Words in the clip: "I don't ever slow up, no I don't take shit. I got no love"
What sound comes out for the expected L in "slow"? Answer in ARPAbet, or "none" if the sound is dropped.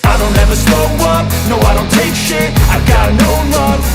none